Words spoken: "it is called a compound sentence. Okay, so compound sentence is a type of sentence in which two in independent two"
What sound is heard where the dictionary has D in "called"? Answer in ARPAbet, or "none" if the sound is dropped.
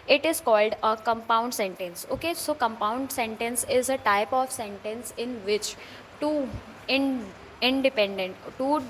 D